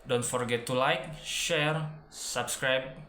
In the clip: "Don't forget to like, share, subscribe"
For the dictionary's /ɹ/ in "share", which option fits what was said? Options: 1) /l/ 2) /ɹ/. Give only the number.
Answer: 2